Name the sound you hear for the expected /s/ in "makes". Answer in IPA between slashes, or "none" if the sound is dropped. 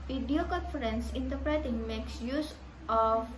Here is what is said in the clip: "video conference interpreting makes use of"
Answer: /s/